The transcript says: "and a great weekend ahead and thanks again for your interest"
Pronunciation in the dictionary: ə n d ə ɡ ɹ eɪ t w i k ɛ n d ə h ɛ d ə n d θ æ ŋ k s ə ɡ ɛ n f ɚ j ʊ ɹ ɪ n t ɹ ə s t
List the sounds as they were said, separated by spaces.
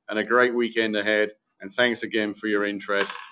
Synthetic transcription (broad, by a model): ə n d ə ɡ ɹ eɪ t w i k ɛ n d ə h ɛ d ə n θ æ ŋ k s ə ɡ ɛ n f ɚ j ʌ ɹ ɪ n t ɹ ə s t